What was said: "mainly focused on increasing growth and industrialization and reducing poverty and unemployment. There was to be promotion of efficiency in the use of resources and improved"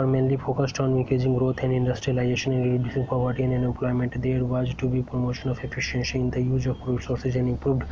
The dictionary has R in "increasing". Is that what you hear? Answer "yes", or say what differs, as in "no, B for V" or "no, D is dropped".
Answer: no, R is dropped